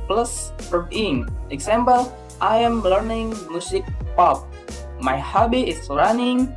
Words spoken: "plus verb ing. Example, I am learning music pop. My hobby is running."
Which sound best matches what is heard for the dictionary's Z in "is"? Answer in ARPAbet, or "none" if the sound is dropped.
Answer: S